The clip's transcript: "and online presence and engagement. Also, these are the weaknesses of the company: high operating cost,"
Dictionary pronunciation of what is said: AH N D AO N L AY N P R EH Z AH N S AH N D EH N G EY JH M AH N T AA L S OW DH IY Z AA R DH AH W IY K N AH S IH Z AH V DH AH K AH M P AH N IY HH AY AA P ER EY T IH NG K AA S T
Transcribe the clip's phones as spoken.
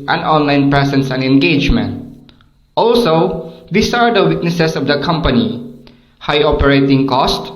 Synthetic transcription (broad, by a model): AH N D AO N L AY N P R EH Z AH N S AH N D EH N G EY JH M AH N T AA L S OW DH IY S AA R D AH W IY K N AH S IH S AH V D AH K AH M P AH N IY HH AY AA P ER EY T IH NG K AA S T